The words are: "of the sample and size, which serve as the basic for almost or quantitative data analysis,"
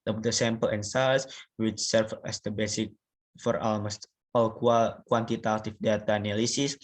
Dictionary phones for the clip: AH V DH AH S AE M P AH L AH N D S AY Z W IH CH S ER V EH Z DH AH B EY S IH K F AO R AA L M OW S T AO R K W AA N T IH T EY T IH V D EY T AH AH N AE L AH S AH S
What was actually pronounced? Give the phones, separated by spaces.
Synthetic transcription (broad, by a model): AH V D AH S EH M P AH L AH N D S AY S W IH CH S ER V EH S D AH B EY S IH K F AO R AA L M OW S T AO W K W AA N T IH T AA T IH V D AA T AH N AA L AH S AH S